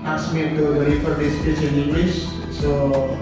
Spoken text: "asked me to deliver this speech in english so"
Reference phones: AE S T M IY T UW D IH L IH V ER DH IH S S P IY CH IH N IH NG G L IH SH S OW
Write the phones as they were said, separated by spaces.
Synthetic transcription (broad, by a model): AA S M IY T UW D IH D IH F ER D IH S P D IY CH IH N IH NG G L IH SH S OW